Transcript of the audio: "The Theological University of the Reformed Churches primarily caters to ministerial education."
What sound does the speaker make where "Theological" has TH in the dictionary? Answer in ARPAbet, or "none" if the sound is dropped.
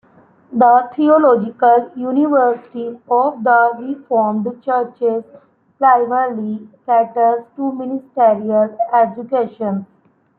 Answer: T